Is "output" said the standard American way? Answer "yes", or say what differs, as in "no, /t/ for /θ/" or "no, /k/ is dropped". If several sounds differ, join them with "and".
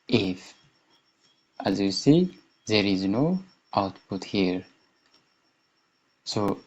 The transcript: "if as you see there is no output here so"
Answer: yes